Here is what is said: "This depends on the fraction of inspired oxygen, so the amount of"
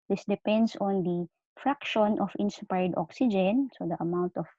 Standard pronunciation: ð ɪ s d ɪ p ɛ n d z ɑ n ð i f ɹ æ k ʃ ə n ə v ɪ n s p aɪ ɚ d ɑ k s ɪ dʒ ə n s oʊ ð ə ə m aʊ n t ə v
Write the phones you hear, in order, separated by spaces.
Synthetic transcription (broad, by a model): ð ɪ s d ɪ p ɛ n d s ɑ n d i f ɹ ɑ k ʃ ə n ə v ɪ n s p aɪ d ɑ k s ɪ dʒ ə n s oʊ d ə ə m aʊ n t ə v